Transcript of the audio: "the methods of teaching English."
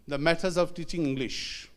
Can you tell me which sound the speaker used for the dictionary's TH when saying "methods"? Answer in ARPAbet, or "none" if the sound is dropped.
T